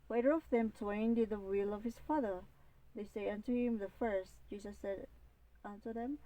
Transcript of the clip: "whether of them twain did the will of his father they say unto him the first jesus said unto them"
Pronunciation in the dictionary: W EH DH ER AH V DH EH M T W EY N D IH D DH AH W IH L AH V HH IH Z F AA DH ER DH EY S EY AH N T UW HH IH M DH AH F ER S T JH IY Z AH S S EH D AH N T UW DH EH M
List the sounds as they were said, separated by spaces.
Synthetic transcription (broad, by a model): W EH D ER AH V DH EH M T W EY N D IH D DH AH W IH L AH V HH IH S F AA DH ER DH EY S EY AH N T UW HH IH M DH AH F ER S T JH IY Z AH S S EH D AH N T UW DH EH M